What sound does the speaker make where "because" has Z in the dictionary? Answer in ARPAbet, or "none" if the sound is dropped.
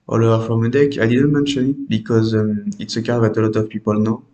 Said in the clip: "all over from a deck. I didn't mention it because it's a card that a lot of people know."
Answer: Z